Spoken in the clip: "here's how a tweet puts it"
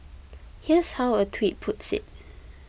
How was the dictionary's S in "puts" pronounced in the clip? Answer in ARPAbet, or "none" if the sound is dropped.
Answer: S